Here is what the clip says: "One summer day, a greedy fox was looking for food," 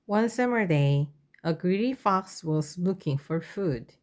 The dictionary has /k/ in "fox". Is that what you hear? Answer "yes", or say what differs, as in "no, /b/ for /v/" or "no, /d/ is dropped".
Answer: yes